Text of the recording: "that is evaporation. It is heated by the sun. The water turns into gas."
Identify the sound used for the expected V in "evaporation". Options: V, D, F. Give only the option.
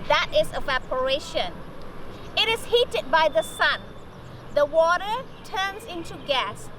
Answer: V